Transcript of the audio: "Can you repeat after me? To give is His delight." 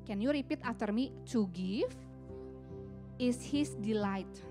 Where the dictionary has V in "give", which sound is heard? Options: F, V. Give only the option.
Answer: F